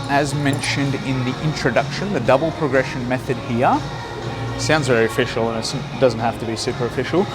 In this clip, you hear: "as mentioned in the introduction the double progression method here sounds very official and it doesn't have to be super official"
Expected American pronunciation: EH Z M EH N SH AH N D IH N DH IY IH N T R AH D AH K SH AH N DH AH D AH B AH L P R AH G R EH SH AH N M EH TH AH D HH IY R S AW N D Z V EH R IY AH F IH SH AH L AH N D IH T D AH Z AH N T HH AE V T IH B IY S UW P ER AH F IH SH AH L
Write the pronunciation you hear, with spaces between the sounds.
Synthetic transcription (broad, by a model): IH Z M EH N SH AH N D IH N DH IY IH N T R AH D AH K SH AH N DH AH D AH B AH L P R AH G R EH SH AH N M EH TH AH D HH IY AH S AW N D Z V EH R IY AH F IH SH L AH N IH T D AH Z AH N T HH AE F T IH B IY S UW P ER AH F IH SH L